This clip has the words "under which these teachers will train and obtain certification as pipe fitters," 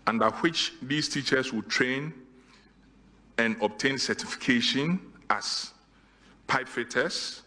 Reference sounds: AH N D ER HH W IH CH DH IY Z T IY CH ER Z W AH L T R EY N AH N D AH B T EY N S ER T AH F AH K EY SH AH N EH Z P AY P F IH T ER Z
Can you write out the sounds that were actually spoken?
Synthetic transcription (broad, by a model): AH N D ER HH W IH CH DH IY S T IY CH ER S W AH T R EY N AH N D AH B T EY N S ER T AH F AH K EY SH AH N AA S P AY P F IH T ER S